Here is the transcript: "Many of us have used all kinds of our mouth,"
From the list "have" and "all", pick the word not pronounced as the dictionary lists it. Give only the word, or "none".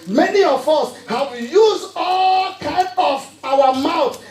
have